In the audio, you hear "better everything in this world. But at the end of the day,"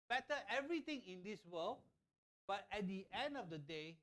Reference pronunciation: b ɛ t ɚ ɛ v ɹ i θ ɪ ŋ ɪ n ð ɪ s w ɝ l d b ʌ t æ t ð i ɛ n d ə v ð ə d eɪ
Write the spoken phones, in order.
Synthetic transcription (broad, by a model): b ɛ t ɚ ɛ v ɹ i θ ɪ ŋ ɪ n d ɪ s w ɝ l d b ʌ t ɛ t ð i ɛ n d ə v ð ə d eɪ